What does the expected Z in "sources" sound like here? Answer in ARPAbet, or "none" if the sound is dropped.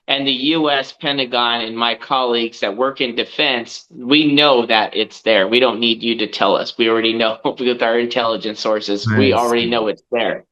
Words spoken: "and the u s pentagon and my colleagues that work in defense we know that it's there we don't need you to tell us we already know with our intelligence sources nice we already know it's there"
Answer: Z